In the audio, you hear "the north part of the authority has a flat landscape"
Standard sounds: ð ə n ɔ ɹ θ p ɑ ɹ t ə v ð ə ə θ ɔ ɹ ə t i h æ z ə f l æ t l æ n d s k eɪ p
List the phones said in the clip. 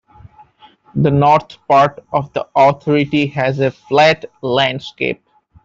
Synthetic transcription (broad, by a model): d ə n ɔ ɹ t p ɑ ɹ t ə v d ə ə t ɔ ɹ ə t i h æ z ə f l æ t l æ n d s k eɪ p